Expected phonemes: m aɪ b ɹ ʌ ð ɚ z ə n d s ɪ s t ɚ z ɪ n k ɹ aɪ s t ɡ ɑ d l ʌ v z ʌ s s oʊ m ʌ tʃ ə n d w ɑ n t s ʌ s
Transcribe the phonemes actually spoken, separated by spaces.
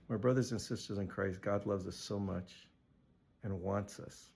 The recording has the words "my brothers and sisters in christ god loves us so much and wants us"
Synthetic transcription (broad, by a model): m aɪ b ɹ ʌ ð ɚ z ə n s ɪ s t ɚ z ɪ n k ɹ aɪ s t ɡ ɑ d l ʌ v z ʌ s s oʊ m ʌ tʃ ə n w ɑ n t s ʌ s